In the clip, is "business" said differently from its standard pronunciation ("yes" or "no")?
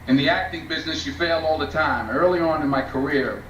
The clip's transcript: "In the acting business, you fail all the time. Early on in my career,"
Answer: no